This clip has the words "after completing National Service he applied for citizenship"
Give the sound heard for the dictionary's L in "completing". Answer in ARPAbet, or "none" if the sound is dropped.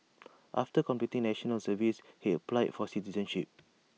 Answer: none